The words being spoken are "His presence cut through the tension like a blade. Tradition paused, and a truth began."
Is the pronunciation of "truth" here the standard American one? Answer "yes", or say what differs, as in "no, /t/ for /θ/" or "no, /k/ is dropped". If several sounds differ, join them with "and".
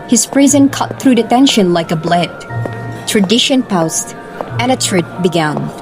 no, /t/ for /θ/